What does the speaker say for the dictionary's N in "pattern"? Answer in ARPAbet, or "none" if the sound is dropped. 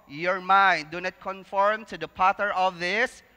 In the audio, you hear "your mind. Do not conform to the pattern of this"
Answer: none